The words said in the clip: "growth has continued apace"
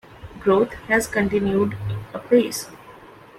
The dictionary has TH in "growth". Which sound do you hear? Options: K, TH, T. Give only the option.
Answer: T